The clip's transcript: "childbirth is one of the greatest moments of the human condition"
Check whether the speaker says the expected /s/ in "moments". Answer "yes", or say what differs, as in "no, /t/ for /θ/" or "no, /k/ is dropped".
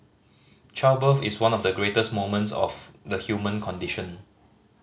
yes